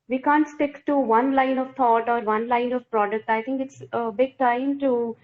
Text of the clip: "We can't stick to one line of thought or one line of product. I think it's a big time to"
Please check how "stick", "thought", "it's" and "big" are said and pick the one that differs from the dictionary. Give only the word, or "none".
thought